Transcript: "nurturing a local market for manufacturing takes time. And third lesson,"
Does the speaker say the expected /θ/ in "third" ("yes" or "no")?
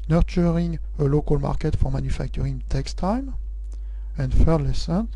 no